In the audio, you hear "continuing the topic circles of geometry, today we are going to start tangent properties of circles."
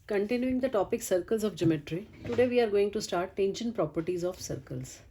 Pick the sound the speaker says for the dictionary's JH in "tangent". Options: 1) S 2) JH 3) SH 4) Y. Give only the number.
3